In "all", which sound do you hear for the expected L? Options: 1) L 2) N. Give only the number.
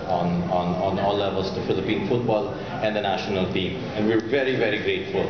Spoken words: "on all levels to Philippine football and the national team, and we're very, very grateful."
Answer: 2